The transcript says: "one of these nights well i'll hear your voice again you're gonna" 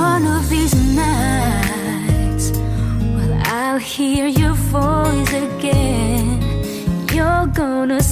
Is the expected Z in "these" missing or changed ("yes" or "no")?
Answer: no